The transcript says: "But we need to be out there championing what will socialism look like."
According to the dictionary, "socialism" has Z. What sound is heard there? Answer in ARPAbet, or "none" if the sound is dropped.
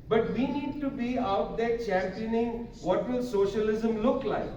Z